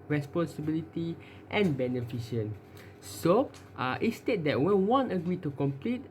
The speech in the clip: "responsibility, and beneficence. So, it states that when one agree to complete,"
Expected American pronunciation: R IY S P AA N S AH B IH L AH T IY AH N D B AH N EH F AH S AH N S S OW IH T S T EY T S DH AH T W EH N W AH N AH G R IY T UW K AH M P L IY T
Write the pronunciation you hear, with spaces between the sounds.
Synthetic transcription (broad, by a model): R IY S P AA N S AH B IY L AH T IY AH N B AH N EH F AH SH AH N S S OW IH T S T EY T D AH T W EH N W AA N AH G R IY T UW K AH M P L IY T